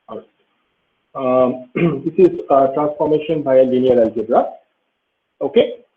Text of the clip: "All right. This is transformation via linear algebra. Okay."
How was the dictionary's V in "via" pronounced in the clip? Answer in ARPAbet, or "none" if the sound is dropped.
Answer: B